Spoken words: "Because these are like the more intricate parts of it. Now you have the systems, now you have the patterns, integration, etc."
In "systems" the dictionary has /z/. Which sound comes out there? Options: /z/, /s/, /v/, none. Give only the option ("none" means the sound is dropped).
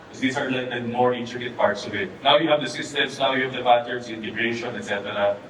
/s/